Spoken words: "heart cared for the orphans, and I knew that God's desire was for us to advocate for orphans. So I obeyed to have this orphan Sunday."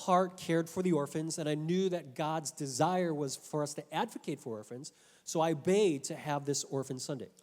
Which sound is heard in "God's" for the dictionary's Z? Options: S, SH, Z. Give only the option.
Z